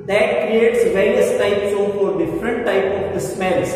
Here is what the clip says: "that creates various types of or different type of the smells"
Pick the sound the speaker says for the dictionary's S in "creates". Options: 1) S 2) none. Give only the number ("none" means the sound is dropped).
1